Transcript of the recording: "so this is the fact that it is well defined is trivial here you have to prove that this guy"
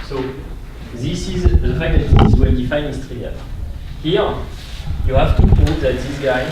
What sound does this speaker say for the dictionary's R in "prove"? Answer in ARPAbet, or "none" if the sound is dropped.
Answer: none